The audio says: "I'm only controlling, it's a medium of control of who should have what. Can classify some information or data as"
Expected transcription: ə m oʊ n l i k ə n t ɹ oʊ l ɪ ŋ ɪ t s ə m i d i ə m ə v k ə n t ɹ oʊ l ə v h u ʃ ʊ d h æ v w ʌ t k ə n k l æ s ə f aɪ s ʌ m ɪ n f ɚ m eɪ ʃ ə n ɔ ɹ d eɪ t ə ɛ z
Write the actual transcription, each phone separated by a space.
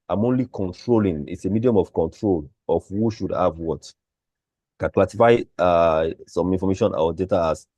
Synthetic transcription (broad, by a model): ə m oʊ n l i k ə n t ɹ oʊ l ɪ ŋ ɪ t s ə m i d i ə m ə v k ə n t ɹ oʊ l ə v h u ʃ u d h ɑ v w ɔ t k ə n k l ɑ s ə f aɪ s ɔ m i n f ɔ m eɪ ʃ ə n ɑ w d eɪ t ə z